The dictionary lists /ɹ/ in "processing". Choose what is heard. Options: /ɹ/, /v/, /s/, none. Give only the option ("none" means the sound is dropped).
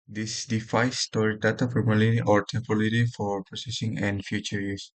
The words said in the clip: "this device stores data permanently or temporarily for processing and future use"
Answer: /ɹ/